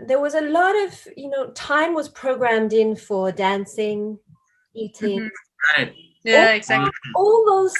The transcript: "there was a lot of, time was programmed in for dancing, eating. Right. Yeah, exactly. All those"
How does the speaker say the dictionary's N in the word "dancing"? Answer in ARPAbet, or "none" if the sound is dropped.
N